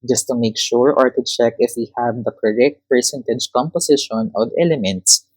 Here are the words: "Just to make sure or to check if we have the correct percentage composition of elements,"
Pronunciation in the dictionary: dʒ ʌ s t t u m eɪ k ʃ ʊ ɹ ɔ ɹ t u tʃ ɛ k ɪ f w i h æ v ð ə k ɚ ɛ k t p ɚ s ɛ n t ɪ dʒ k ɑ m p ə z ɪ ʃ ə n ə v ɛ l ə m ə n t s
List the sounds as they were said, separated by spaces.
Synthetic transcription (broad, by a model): dʒ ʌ s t t u m eɪ k ʃ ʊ ɹ ɔ ɹ t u tʃ ɛ k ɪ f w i h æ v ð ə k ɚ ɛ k t p ɚ s ɛ n t ɪ dʒ k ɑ m p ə s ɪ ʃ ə n ə v ɛ l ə m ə n t s